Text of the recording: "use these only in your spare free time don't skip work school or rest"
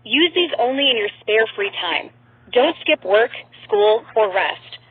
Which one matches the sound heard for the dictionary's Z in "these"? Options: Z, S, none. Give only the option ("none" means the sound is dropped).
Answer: Z